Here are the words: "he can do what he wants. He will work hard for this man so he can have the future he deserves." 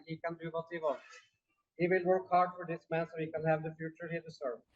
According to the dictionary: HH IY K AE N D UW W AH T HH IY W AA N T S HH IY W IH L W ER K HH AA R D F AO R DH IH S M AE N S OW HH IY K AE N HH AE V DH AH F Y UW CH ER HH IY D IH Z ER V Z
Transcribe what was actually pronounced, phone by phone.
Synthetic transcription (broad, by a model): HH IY K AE N D UW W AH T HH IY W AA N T HH IY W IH L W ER K HH AA R D F AO R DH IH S M AE N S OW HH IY K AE N HH AE V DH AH F Y UW CH ER HH IY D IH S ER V